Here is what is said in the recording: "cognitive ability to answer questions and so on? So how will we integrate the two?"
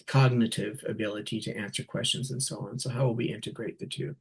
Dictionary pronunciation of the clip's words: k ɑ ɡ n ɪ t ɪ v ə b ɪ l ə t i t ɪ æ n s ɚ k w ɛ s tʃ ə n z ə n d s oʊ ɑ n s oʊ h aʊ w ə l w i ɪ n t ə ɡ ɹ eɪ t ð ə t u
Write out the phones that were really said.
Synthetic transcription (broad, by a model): k ɑ ɡ n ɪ t ɪ v ə b ɪ l ə t i t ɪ æ n s ɚ k w ɛ s tʃ ə n z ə n s oʊ ɑ n s oʊ h aʊ w ə l w i ɪ n t ə ɡ ɹ eɪ t ð ə t u